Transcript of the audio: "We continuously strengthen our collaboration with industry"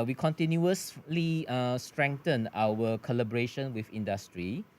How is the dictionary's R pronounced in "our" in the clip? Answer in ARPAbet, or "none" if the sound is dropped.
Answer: W